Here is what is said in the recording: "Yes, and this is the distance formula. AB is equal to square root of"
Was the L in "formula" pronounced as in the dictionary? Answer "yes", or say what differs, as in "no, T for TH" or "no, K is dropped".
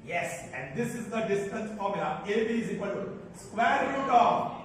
no, L is dropped